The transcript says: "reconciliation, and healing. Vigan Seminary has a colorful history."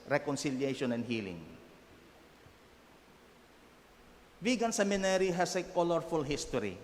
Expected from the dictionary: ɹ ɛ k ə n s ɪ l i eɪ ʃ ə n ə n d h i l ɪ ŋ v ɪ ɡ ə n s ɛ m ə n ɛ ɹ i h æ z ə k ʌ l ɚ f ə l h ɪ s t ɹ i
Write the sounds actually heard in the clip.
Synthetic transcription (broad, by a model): ɹ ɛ k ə n s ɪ l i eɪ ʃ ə n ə n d h i l ɪ ŋ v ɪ ɡ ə n s ɛ m ə n ɛ ɹ i h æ s ə k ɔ l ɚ f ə l h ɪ s t ɹ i